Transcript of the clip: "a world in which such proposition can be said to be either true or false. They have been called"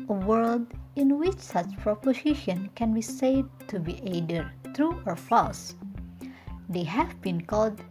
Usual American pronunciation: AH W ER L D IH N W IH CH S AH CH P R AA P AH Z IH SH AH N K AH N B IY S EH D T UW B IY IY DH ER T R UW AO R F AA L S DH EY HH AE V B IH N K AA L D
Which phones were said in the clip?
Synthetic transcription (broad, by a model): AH W ER L D IH N W IH CH S AH CH P R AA P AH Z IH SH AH N K AH N B IY S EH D T UW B IY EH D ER T R UW AO R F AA S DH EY HH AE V B IH N K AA L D